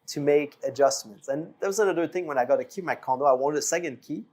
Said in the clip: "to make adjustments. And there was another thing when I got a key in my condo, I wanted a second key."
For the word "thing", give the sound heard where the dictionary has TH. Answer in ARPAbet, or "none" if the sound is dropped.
TH